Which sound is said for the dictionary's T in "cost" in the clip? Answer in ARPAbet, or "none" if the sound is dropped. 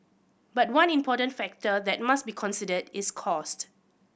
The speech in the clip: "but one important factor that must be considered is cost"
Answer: T